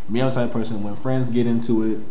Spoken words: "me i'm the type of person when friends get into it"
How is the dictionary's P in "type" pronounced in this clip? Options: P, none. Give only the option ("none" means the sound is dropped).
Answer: none